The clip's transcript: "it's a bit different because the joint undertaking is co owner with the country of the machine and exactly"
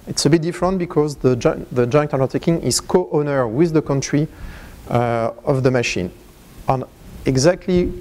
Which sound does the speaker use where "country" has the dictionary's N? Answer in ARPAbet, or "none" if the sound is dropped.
N